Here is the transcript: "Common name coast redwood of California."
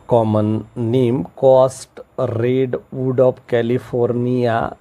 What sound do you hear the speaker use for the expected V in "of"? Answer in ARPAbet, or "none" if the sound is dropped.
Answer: P